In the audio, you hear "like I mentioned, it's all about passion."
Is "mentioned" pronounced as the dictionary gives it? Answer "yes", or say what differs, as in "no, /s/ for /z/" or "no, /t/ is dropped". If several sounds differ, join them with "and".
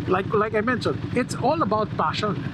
no, /d/ is dropped